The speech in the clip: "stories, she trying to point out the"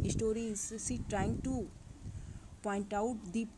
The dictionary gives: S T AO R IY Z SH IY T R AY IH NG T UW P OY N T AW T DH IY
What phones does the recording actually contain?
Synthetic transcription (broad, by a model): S T AO R IY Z S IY T R AY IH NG T UW P OY N T AW T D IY